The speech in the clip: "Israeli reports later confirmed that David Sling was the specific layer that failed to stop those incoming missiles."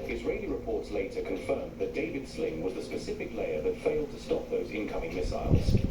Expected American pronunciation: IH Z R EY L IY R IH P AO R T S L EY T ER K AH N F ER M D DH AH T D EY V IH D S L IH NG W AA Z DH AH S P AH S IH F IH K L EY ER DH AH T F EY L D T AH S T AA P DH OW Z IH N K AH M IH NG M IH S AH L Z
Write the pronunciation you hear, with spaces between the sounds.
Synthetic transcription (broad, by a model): IH Z R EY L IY R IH P AO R T S L EY T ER K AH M F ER M DH AH T D EY V IH D S L IH NG W AA Z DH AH S P AH S IH F IH K L EY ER DH AH T F EY L D T AH S T AA P DH OW Z IH N K AH M IH NG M IH S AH L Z